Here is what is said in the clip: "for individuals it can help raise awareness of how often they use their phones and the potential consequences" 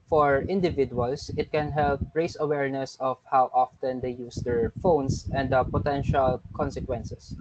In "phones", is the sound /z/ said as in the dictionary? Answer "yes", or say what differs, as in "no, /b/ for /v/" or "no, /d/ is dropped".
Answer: no, /s/ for /z/